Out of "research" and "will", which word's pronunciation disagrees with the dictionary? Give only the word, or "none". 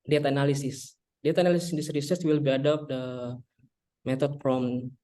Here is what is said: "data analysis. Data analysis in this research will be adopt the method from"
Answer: research